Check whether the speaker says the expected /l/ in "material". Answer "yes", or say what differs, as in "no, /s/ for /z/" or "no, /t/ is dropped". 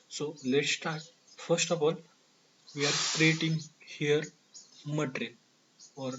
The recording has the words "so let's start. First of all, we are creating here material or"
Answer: no, /n/ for /l/